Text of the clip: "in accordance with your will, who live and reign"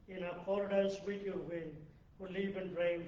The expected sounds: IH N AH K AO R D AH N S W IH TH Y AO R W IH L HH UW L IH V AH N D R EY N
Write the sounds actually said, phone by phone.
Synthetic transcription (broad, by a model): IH N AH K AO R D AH S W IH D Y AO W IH N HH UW L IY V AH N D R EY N